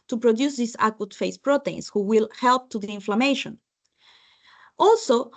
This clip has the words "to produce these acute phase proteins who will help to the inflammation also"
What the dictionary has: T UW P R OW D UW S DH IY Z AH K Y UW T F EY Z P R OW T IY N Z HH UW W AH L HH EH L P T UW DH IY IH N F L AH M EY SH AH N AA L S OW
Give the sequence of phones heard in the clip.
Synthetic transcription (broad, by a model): T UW P R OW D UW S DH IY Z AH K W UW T F EY S P R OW T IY N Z HH UW W AH L HH EH L P T UW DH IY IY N F L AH M EY SH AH N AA L S OW